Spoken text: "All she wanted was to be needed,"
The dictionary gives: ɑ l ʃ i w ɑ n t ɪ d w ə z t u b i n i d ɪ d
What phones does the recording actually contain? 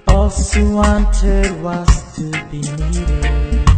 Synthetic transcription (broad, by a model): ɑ l s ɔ w ɑ n t ɪ d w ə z t u b i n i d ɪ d